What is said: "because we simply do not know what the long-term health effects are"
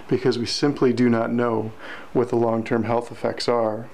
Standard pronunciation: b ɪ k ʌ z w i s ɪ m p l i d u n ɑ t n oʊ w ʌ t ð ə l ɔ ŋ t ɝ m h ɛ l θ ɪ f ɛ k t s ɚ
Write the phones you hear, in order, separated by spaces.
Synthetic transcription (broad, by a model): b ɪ k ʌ z w i s ɪ m p l i d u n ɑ t n oʊ w ʌ t ð ə l ɔ ŋ t ɝ m h ɛ l θ ɪ f ɛ k t s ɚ